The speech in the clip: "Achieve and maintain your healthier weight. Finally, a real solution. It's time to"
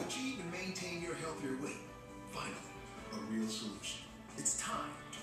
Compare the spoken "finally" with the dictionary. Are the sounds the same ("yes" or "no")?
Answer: no